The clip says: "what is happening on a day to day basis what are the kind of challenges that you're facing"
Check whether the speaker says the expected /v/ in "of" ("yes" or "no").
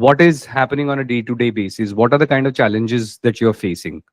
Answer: yes